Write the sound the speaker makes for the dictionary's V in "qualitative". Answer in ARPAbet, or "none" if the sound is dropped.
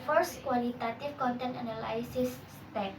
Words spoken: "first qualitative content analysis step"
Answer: F